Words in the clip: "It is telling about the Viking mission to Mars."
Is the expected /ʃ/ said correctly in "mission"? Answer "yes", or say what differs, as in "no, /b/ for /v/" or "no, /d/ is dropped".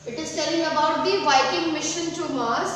yes